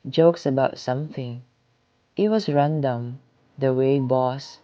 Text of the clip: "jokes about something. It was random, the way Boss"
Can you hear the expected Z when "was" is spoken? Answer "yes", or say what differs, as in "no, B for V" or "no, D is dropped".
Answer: no, S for Z